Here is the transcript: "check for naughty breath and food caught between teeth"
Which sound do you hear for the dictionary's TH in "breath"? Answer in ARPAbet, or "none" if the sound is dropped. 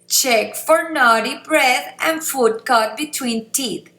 T